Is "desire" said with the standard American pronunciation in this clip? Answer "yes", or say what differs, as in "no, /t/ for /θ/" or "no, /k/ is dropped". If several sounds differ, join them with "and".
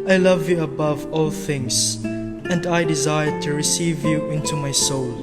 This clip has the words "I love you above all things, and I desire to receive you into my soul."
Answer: yes